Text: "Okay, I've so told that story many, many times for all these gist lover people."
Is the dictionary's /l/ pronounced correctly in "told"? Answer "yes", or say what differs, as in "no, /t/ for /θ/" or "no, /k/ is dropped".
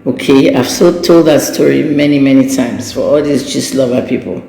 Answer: yes